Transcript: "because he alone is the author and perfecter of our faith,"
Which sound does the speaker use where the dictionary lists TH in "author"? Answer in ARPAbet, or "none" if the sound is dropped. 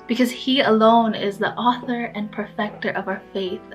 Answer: TH